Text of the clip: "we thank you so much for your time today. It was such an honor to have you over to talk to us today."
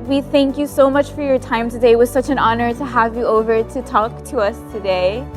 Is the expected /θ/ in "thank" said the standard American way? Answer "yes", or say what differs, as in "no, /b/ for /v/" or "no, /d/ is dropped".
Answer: yes